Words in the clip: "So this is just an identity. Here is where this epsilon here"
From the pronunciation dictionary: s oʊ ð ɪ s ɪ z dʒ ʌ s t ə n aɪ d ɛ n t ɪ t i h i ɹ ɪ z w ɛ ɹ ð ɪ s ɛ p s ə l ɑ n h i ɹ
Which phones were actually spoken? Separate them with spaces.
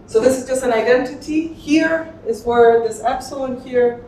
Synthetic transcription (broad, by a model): s oʊ ð ɪ s ɪ z dʒ ʌ s t ə n aɪ d ɛ n t ɪ t i h i ɹ ɪ z w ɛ ɹ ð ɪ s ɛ p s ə ʊ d h i ɹ